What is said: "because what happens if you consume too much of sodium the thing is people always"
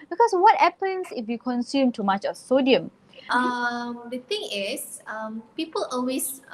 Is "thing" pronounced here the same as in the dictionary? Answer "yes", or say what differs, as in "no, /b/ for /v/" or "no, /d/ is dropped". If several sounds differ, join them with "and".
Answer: no, /t/ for /θ/